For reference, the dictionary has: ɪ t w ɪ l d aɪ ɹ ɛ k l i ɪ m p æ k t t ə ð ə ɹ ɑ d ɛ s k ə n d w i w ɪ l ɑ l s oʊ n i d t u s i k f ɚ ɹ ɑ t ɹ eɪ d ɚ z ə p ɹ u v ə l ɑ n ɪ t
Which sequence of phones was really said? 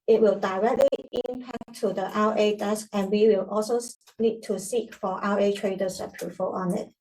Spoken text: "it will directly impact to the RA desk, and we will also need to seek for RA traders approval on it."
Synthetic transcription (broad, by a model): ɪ t w ɪ l d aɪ ɹ ɛ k l i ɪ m p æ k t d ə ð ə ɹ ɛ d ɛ s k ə n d w i w ɪ l ɑ l s oʊ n i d t u s i k f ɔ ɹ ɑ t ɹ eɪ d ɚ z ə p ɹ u f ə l ɑ n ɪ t